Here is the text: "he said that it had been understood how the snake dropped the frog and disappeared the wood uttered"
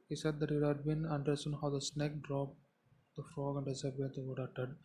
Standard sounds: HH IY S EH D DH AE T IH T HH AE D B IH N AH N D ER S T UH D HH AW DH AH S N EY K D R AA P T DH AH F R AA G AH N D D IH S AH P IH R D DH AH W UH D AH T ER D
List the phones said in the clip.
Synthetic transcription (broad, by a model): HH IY S EH D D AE T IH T HH AE D B IH N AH N D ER S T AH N HH AW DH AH S N EY K D R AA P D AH F R AA G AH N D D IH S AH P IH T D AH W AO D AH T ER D